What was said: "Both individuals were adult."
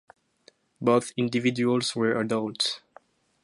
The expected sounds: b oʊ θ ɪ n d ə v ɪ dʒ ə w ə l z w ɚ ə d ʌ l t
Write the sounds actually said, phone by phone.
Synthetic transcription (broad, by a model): b oʊ θ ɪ n d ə v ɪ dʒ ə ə l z w ɚ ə d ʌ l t